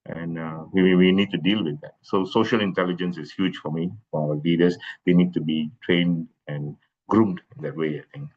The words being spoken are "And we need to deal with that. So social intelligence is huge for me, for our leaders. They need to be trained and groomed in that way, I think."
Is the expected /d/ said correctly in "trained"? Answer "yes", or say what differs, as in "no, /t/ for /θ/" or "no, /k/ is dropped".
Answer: yes